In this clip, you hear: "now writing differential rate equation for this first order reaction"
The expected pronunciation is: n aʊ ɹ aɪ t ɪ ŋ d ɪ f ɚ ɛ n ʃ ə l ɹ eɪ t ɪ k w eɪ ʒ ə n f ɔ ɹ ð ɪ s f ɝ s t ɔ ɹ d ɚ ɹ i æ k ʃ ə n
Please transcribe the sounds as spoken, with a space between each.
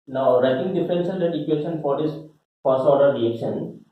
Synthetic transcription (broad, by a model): n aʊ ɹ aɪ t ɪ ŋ d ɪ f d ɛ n s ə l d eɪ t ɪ k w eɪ ʃ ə n f ɔ ɹ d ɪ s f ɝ s t ɔ ɹ d ɚ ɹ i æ k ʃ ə n